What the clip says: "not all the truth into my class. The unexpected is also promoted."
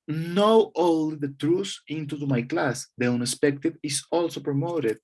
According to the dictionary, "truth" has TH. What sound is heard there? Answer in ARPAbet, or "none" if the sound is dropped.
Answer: S